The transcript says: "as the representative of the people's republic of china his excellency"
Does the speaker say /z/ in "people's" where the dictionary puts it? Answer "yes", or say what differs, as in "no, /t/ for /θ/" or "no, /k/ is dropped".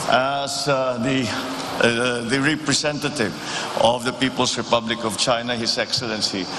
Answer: no, /s/ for /z/